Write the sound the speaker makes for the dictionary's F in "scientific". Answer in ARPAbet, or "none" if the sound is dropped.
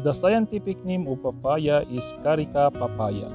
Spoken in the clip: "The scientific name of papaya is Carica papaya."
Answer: P